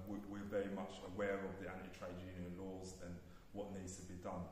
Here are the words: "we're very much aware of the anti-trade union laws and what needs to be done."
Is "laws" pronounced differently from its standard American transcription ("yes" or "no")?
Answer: no